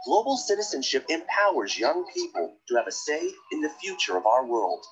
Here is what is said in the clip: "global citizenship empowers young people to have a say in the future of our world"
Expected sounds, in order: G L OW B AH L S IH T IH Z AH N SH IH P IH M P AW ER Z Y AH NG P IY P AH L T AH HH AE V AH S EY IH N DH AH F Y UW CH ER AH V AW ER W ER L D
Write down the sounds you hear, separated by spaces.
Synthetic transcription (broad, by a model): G L OW B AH L S IH T IH Z AH N SH IH P IH M P AW ER Z Y AH NG P IY P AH L T AH V AH S EY IH N DH AH F Y UW CH ER AH V AW ER W ER L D